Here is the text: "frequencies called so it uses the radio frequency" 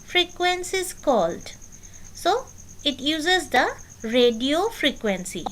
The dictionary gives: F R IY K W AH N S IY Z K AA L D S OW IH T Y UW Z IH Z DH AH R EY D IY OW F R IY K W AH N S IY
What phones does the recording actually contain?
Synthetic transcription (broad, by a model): F R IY K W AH N S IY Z K AA L D S OW IH T Y UW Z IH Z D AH R EY D IY OW F R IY K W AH N S IY